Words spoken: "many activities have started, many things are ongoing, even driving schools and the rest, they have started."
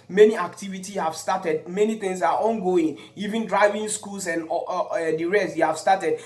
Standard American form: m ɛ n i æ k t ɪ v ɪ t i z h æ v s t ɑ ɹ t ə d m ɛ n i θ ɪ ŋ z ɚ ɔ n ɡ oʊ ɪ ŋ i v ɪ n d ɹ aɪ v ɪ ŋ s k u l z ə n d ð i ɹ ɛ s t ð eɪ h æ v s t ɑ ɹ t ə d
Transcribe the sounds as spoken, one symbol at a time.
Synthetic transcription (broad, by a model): m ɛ n i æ k t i v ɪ t i h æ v s t ɑ t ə d m ɛ n i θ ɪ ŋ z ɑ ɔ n ɡ oʊ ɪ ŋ i v ɪ n d ɹ aɪ v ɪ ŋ s k u l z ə n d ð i ɹ ɛ s t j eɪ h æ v s t ɑ t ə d